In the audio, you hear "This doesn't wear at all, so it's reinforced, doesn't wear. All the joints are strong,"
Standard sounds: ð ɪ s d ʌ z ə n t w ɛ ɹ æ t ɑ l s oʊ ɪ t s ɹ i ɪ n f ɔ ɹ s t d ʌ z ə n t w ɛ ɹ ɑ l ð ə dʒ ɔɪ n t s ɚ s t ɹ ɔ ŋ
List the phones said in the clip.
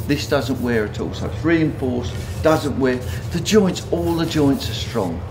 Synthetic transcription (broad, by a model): ð ɪ s d ʌ z ə n t w ɛ ɹ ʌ t ɑ l s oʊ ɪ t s ɹ i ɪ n f ɔ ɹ s d ʌ z ə n t w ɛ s ɑ l ð ə dʒ ɔɪ n t s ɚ s t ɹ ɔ ŋ